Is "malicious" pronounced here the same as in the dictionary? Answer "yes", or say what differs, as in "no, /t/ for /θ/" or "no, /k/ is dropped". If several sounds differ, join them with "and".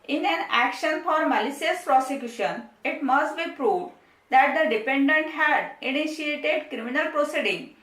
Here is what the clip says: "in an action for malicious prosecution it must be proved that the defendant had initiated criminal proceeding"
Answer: no, /s/ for /ʃ/